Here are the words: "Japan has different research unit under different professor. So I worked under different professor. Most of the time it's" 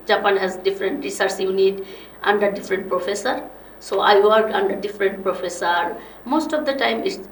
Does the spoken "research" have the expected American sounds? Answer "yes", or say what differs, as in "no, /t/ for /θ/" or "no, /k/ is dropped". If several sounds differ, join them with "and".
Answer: no, /s/ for /tʃ/